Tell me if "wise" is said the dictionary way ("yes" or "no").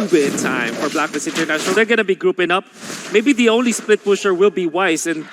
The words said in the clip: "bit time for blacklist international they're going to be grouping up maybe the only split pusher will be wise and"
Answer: no